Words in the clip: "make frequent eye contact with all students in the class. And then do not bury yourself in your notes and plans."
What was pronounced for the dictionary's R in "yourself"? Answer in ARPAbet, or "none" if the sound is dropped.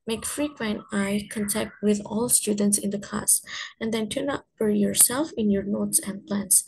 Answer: R